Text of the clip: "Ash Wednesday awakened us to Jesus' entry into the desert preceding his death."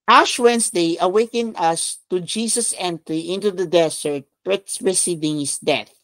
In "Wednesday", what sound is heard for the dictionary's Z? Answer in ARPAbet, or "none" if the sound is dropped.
S